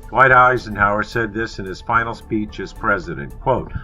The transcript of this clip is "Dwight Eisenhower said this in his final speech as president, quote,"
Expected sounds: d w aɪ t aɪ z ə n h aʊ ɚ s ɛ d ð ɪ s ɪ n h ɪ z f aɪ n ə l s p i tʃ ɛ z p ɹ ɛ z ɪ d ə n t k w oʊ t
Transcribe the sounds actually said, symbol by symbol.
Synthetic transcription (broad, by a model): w aɪ t aɪ z ə n h aʊ ɚ s ɛ d ð ɪ s ɪ n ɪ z f aɪ n l s p i tʃ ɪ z p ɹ ɛ z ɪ d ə n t k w oʊ t